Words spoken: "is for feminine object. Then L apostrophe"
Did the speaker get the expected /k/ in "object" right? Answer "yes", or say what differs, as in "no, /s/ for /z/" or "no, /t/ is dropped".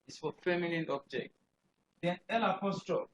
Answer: yes